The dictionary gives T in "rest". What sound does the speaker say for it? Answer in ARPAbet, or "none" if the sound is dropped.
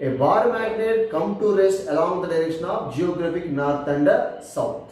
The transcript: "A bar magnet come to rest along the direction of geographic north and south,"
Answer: none